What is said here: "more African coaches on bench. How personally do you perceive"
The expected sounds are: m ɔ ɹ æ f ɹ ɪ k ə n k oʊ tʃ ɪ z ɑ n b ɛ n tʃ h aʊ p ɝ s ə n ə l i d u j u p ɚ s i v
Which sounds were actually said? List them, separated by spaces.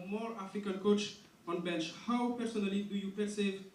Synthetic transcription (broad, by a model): m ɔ ɹ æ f ɪ k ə l k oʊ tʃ ɑ n b ɛ n tʃ h aʊ p ɝ s ə n ə l i d u j u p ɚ s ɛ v